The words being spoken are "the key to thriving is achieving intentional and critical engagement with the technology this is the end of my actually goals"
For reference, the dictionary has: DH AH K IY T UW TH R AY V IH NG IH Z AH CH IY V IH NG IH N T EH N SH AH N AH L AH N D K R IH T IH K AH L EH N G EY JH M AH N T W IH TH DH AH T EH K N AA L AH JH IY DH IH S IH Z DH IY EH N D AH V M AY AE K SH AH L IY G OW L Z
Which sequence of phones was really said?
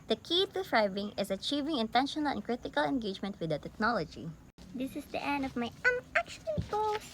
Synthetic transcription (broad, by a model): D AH K IY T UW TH R AY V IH NG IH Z AH CH IY V IH NG IH N T EH N SH AH N AH L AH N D K R IH T IH K AH L EH N G EY JH M AH N T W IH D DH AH T EH K N AA L AH JH IY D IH S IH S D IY EH N D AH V M AY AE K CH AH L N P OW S